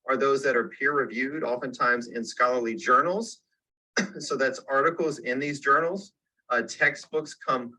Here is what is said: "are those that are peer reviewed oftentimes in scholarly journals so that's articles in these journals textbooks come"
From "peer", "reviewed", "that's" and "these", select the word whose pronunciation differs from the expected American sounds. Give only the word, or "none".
none